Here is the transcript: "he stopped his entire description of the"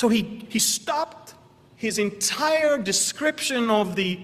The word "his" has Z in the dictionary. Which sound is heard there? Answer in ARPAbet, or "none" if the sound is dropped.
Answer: Z